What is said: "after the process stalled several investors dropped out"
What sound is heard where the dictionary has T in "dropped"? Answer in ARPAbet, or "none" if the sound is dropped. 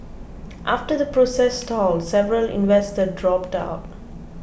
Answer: T